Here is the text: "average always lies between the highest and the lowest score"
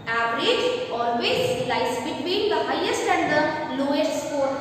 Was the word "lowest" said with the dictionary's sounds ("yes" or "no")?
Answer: no